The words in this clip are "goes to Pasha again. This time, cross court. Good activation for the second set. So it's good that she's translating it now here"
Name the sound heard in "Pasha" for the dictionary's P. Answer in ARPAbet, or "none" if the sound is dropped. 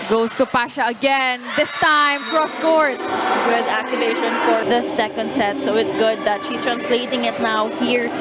P